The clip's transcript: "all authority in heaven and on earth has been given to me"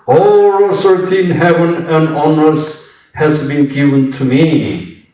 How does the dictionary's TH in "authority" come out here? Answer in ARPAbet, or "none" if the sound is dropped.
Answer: S